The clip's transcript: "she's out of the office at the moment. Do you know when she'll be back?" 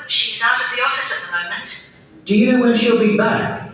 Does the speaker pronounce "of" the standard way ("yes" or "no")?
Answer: yes